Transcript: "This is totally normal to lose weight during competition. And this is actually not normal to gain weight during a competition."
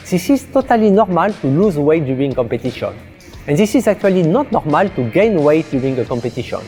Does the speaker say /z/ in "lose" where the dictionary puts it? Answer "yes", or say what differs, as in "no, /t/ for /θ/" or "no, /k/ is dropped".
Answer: yes